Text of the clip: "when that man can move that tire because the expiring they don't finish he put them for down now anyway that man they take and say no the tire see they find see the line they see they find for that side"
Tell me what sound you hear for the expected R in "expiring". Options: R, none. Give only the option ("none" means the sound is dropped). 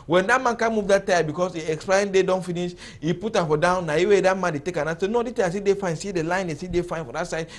none